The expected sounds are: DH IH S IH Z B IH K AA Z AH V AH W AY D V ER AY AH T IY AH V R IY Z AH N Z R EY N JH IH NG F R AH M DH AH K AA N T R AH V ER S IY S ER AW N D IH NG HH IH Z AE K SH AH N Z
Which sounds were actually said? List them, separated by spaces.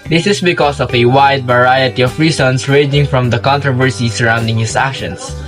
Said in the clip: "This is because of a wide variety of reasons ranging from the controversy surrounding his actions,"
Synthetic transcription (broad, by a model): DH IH S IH S B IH K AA S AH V AH W AY D V ER AY AH T IY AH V R IY S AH N S R EY JH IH NG F R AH M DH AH K AA N T R AH V ER S IY S ER AW N D IH NG HH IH S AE K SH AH N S